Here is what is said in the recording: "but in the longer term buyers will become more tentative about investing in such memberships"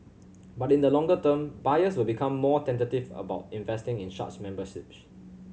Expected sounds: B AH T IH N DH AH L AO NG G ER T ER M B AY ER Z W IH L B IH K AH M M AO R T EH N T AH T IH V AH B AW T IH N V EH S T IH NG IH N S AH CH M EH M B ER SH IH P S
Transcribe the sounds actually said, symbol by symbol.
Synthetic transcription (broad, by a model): B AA T IH N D AH L AO NG G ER T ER M B AY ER S W IH L B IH K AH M M AO T EH N T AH T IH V AH B AW T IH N V EH S T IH NG IH N SH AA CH M EH M B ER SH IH P S